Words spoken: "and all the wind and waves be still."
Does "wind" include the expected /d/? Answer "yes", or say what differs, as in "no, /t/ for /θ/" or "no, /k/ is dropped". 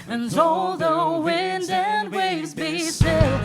yes